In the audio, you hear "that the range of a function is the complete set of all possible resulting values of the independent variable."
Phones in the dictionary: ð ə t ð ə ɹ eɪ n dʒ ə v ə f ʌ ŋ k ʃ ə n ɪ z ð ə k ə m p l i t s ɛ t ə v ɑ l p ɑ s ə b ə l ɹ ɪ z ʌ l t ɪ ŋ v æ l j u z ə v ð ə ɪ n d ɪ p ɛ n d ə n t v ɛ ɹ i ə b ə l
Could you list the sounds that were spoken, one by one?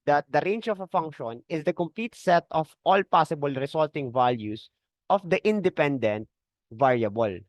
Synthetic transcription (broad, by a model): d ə t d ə ɹ eɪ n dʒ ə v ə f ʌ ŋ k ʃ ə n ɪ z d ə k ə m p l i t s ɛ t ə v ɑ l p ɑ s ə b ə l ɹ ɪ s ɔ l t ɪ ŋ v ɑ l j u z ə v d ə ɪ n d ɪ p ɛ n d ə n t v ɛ ɹ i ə b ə l